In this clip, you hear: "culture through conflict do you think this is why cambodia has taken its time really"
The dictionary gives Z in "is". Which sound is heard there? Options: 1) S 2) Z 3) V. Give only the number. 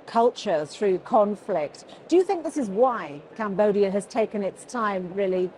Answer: 2